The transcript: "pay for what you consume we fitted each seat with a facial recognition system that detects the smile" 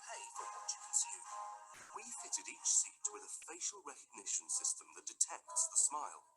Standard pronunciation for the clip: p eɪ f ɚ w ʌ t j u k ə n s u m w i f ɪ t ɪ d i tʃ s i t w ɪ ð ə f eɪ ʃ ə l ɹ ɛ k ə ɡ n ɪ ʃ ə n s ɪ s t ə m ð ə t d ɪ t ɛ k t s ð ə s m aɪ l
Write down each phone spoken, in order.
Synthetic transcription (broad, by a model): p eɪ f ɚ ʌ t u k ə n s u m w i f ɪ t ɪ d i tʃ s i t w ɪ ð ə f eɪ ʃ ə l ɹ ɛ k ə ɡ n ɪ ʃ ə n s ɪ s t ə m ð ə t d ɪ t ɛ k t s ð ə s m aɪ l